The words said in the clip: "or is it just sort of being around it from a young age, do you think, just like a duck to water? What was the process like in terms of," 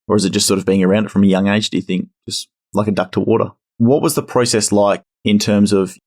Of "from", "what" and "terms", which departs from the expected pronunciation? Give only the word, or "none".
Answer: none